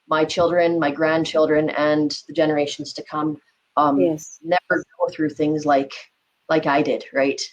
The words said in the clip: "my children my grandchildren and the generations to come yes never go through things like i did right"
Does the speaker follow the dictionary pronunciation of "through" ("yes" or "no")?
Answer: yes